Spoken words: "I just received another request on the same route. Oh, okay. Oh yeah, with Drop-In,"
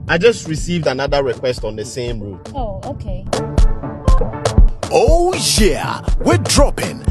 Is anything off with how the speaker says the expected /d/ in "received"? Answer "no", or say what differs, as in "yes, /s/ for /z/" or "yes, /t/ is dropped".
no